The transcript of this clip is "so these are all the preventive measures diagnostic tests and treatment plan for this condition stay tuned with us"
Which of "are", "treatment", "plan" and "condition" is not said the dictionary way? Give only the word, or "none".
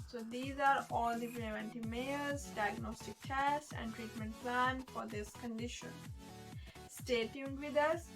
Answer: none